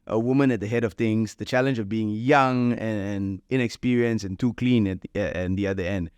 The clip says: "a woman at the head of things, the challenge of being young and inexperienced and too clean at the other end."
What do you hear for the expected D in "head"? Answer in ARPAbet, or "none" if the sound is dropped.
D